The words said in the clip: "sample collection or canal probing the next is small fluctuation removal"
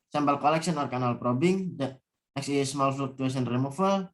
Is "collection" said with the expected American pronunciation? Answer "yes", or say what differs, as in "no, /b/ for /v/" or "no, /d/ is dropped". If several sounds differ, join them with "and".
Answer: no, /s/ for /ʃ/